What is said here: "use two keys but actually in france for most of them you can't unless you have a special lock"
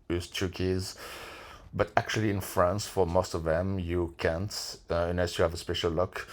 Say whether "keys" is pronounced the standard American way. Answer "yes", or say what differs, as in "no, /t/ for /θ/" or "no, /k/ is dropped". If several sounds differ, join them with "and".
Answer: yes